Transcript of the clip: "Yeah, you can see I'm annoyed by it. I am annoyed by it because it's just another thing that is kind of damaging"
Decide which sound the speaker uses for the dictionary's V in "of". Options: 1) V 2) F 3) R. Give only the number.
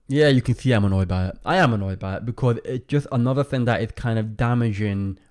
1